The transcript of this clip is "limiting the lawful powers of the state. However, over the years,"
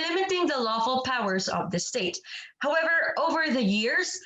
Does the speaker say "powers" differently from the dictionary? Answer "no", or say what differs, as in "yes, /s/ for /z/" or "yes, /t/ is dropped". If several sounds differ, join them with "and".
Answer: no